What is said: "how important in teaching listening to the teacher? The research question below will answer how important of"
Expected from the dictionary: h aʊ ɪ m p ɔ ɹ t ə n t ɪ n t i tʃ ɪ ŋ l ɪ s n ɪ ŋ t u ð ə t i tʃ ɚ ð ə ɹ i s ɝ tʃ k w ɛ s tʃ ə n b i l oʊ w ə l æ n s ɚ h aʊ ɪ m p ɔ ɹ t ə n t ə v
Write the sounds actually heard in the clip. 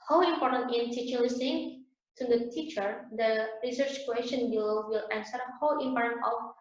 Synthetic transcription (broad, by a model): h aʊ ɪ m p ɔ ɹ t ə n t ɪ n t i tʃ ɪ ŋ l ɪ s ɪ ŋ t u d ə t i tʃ ɚ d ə ɹ i s ɝ tʃ k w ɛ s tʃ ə n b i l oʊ w ə l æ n s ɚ h aʊ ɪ m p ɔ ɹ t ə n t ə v